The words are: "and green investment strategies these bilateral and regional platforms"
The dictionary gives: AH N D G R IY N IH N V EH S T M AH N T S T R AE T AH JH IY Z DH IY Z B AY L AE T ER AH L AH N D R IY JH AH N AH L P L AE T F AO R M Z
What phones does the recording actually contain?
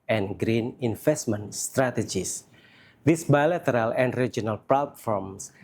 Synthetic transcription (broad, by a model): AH N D G R IY N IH N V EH S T M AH N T S T R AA T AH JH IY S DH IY S B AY L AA T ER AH L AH N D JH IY AH N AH L P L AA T F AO R M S